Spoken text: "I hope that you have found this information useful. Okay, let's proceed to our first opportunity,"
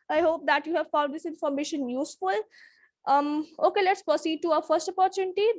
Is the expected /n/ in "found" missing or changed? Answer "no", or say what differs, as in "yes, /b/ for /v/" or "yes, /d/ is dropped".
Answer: yes, /l/ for /n/